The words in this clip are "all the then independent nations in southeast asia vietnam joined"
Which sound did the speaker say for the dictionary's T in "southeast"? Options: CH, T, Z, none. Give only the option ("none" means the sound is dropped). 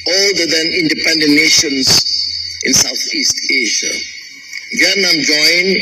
T